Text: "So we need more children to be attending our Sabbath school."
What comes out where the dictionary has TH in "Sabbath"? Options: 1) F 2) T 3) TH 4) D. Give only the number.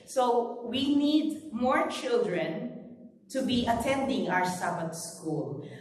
2